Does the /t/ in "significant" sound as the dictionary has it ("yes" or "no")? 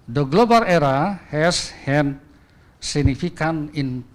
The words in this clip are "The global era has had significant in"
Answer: no